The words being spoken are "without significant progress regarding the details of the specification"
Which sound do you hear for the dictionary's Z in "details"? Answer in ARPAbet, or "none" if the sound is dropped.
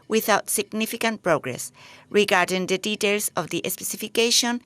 S